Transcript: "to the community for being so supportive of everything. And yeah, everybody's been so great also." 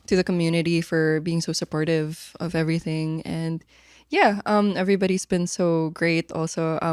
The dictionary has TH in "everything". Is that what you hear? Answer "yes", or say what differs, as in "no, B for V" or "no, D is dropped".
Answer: yes